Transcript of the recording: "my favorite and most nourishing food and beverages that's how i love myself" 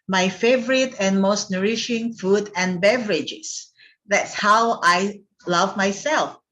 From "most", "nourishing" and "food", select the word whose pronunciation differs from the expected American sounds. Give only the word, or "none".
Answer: none